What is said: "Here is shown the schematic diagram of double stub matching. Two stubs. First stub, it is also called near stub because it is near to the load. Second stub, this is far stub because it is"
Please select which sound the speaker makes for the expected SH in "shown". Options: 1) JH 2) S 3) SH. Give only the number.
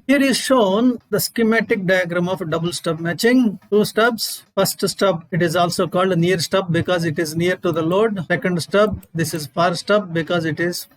3